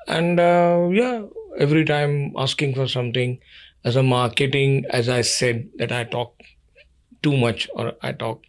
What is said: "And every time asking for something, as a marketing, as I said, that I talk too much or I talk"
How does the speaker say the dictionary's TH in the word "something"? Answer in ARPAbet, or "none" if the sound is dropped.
T